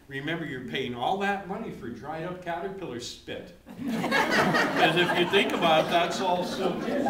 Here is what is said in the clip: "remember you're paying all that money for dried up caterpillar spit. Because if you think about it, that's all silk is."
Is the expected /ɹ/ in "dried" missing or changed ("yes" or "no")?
no